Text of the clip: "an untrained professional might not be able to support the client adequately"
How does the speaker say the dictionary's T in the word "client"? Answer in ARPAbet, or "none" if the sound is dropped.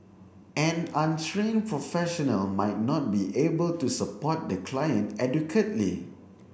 T